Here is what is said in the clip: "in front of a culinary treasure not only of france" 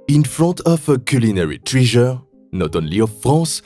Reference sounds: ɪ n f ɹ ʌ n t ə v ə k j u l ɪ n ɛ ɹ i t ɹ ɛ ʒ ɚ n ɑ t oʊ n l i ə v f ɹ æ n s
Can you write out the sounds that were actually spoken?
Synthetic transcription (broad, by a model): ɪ n f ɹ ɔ t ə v ə k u l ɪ n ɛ ɹ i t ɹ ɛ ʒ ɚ n ɑ t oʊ n l i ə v f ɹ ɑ s